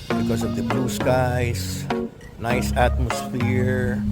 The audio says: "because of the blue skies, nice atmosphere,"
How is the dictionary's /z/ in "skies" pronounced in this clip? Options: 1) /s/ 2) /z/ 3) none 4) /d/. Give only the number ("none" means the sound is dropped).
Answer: 1